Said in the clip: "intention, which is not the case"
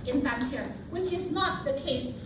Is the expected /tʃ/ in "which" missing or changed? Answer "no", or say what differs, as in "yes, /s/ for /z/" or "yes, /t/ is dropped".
no